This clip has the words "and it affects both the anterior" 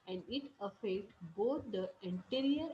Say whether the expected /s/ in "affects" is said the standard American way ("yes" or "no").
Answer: no